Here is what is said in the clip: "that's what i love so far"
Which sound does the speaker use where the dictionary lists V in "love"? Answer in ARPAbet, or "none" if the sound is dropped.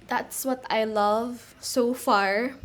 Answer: V